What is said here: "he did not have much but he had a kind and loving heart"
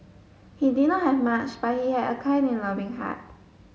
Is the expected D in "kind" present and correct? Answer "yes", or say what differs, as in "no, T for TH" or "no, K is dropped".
no, D is dropped